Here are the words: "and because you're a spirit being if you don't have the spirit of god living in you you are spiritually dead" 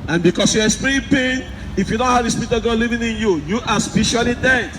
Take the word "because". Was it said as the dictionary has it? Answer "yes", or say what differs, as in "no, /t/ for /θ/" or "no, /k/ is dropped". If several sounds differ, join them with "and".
no, /s/ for /z/